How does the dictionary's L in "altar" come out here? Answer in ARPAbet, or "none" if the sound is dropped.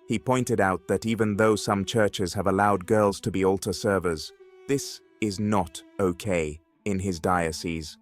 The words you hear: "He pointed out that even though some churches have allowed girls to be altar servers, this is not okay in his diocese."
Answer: L